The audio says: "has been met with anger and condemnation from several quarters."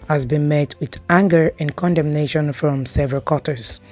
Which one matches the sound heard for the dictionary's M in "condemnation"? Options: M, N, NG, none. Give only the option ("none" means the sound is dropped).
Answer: M